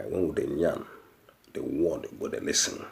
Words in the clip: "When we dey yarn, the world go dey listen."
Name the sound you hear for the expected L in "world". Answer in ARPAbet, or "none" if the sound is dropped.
none